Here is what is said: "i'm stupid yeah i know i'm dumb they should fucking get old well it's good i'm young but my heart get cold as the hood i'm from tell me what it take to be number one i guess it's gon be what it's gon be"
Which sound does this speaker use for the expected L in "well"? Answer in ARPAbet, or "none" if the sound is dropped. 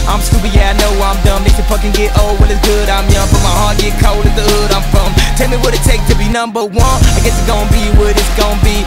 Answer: N